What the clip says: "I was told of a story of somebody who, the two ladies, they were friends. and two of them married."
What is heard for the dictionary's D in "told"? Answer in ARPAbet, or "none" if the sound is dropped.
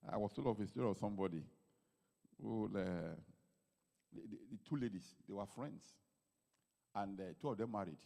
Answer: none